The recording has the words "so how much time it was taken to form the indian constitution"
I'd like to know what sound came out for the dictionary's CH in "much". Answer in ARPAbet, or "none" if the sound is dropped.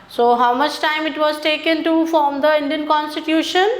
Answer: CH